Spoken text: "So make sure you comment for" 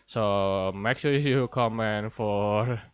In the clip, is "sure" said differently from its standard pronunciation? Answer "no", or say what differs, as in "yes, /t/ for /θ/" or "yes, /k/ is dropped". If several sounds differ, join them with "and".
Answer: yes, /s/ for /ʃ/